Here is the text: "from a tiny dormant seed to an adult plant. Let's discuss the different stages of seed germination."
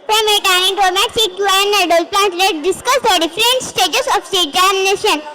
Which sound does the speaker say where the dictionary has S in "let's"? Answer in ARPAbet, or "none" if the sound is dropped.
none